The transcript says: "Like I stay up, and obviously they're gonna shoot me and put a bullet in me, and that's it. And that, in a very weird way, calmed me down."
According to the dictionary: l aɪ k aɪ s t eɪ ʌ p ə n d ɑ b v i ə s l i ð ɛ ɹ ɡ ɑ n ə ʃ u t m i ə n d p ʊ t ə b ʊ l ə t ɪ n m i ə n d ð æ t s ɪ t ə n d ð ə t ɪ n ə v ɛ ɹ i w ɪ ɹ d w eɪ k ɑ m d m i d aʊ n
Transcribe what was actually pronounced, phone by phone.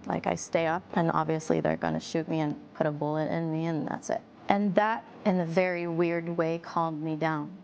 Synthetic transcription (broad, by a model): l aɪ k aɪ s t eɪ ʌ p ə n ɑ b v i ə s l i ð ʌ ɹ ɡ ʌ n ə ʃ u t m i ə n p ʊ t ə b ʊ l ə t ɪ n m i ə n ð æ t s ɪ t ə n ð ə t ɪ n ə v ɛ ɹ i w ɪ ɹ d w eɪ k ɑ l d m i d aʊ n